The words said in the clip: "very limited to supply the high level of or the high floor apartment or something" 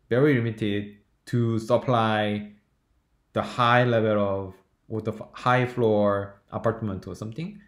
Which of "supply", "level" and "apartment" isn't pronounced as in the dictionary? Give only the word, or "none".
none